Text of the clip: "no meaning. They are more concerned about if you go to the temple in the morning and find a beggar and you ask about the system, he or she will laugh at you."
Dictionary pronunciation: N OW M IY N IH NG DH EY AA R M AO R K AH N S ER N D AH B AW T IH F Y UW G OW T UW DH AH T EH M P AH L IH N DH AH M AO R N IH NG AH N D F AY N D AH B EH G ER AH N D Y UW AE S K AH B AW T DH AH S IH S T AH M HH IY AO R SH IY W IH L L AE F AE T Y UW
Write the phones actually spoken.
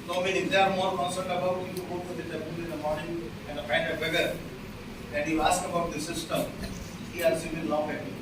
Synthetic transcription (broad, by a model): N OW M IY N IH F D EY AA R M AO R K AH N S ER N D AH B AW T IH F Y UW G OW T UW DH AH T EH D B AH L IH N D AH M AO R N IH NG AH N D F AY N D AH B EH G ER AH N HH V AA S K AH B AW T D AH S IH S T AH M HH IY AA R S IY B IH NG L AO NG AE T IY